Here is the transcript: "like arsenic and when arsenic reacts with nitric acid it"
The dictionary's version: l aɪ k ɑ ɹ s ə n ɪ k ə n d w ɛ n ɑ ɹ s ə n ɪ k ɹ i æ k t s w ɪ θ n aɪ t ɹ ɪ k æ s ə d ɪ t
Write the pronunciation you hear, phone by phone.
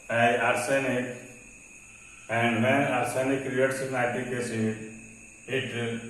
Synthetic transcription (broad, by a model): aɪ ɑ ɹ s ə n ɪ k ə n d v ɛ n ɑ ɹ s ə n ɪ k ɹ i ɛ t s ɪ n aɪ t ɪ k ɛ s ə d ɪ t